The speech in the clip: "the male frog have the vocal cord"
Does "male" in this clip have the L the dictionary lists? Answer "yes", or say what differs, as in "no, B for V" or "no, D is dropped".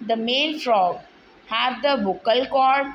no, N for L